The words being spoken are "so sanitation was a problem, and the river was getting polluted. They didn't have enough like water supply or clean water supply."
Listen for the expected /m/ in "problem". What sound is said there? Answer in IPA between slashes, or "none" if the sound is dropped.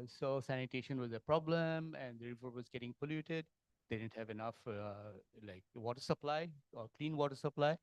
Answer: /m/